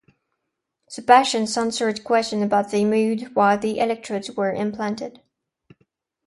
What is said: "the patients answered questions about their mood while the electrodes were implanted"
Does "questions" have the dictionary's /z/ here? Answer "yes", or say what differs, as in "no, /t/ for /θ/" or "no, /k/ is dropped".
no, /z/ is dropped